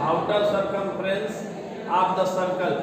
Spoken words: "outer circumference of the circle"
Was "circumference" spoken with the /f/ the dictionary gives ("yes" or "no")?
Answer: no